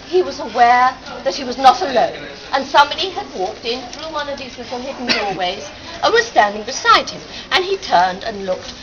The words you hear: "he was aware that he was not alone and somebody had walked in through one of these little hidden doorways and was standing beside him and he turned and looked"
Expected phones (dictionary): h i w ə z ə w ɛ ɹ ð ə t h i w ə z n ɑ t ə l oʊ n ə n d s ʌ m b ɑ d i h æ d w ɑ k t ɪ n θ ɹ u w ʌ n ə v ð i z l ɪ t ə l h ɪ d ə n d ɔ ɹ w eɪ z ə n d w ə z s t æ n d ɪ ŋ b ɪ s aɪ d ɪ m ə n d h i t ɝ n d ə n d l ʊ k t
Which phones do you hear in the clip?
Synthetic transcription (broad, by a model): h i w ə z ə w ɛ ɹ ð ə t h i w ə z n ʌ t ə l oʊ n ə n s ʌ m b ɑ d i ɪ d w ɑ k t ɪ n θ ɹ u w ʌ n ə v ð i z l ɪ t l h ɪ d n d ɔ ɹ w eɪ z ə n w ə z s t æ n d ɪ ŋ b ɪ s aɪ d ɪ m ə n i t ɝ n d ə n l ʊ k t